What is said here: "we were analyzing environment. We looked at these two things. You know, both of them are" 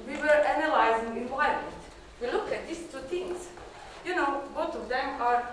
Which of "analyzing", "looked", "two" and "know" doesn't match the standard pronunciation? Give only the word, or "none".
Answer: looked